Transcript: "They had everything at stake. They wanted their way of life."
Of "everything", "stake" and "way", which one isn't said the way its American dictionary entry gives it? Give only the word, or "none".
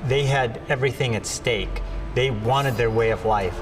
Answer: none